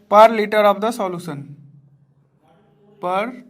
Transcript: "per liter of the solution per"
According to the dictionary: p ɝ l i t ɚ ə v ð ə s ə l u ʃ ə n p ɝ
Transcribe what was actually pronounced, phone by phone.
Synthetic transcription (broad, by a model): p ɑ l i t ɚ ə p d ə s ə l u s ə n p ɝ